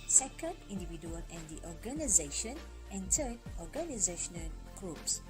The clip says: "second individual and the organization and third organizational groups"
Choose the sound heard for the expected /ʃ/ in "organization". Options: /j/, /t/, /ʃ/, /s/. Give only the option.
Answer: /ʃ/